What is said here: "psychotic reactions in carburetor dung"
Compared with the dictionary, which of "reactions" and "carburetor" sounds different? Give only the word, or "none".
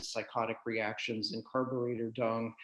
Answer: none